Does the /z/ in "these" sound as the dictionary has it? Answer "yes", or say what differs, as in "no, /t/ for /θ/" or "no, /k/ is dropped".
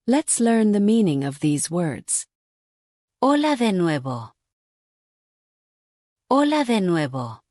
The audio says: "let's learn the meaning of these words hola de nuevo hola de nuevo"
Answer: yes